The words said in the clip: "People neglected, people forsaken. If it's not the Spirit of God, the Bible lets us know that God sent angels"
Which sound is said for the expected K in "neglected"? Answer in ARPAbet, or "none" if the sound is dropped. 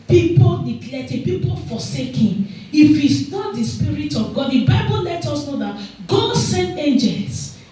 none